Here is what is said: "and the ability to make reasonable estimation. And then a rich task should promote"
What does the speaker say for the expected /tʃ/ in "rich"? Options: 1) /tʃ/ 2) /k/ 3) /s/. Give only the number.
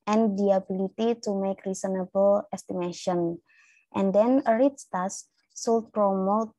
3